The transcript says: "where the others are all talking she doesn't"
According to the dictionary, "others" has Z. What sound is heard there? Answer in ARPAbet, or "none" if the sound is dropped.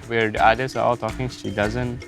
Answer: S